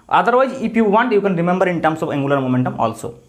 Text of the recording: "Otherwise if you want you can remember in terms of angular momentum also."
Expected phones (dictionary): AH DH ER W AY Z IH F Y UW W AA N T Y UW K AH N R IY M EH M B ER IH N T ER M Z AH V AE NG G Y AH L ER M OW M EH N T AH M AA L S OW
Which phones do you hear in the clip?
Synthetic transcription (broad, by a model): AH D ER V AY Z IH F Y UW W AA N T Y UW K AH N R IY M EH M B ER IH N T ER M S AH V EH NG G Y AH L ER M OW M EH N T AH M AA L S OW